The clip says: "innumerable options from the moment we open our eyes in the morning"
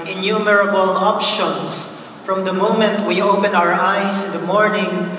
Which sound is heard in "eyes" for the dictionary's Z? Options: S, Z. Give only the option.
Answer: S